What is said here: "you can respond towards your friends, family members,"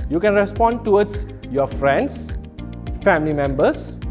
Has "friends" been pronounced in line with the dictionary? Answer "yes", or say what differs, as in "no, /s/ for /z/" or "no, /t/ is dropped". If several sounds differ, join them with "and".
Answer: no, /s/ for /z/